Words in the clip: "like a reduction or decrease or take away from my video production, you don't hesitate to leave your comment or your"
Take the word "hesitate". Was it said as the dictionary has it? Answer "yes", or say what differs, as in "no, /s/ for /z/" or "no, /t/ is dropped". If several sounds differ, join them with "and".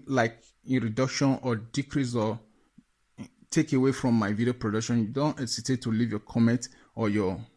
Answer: no, /s/ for /z/